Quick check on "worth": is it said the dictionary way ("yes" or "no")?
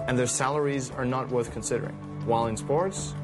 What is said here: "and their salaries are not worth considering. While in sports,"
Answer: yes